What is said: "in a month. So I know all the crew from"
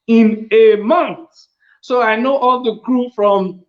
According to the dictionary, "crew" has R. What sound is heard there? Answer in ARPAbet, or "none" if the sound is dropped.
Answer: R